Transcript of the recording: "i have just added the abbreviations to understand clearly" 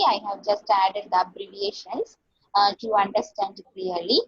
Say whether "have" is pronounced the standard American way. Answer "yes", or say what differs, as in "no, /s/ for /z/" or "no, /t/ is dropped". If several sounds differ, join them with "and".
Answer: yes